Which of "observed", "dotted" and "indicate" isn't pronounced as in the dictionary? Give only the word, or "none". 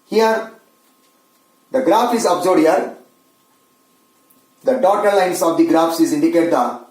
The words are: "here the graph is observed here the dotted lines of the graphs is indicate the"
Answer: observed